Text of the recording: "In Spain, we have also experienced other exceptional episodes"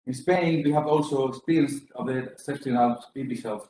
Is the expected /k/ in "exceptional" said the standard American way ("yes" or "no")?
no